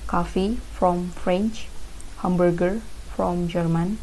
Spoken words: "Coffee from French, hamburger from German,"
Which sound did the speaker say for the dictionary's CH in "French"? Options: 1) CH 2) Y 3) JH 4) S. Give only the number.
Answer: 1